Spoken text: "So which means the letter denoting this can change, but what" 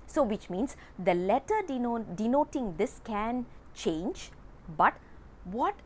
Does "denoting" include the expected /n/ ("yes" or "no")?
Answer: yes